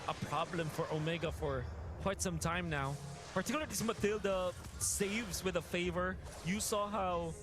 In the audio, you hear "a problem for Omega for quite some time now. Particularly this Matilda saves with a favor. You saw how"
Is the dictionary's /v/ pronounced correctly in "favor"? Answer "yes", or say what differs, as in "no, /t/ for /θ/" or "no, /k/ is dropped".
yes